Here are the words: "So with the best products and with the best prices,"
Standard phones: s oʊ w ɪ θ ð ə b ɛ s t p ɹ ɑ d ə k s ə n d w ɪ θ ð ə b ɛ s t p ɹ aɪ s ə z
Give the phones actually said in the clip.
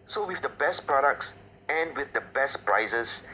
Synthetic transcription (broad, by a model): s oʊ w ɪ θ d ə b ɛ s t p ɹ ɑ d ə k s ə n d w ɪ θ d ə b ɛ s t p ɹ aɪ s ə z